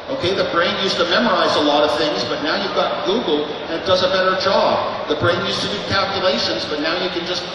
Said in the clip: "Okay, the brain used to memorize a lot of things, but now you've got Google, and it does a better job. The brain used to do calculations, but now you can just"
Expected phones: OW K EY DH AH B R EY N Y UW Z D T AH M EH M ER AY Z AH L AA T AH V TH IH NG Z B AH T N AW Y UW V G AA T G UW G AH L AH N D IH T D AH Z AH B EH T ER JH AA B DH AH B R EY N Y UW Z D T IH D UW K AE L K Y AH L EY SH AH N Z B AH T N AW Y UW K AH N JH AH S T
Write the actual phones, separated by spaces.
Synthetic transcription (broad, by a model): OW K EY DH AH B R EY N Y UW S T AH M EH M ER AY Z AH L AA T AH V TH IH NG Z B AH T N AW Y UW V G AA T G UW G L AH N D IH T D AH Z AH B EH T ER JH AA B DH AH B R EY N Y UW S T IH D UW K AE L K Y AH L EY SH AH N Z B AH T N AW Y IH K AH N JH AH S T